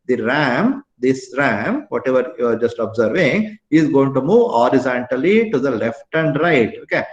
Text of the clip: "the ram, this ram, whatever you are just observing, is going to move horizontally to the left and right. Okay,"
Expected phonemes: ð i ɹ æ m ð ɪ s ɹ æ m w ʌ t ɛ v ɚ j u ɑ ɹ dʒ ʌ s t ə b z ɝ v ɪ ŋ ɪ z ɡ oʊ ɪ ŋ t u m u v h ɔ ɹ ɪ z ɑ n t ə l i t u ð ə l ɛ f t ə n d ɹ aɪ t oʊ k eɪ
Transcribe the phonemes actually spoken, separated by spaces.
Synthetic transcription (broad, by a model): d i ɹ æ m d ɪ s ɹ æ m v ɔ t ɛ v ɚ j u ɑ ɹ dʒ ʌ s t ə b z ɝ v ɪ ŋ ɪ z ɡ oʊ ɪ ŋ t u m u v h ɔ ɹ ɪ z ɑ n t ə l i t u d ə l ɛ f t ə n d ɹ aɪ t oʊ k eɪ